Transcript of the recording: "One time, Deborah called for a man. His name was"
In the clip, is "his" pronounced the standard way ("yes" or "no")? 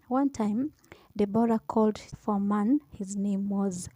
yes